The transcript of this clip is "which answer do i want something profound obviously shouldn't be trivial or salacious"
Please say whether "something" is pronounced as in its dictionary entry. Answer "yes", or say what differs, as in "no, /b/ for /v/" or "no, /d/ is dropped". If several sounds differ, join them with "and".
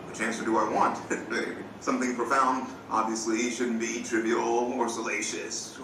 yes